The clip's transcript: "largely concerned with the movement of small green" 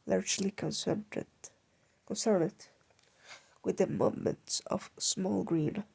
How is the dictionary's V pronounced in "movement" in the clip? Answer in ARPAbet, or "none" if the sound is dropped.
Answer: none